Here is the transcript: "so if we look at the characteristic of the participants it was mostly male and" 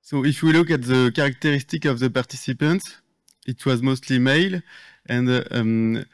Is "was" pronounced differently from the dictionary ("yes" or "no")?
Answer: no